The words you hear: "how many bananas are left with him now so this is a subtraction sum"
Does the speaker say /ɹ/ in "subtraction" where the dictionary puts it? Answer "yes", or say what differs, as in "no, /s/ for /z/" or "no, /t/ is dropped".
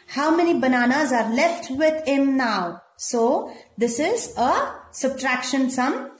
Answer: yes